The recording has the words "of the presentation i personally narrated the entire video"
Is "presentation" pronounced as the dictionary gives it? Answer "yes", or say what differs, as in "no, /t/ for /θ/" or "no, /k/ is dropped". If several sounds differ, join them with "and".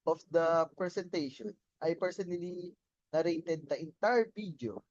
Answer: no, /s/ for /z/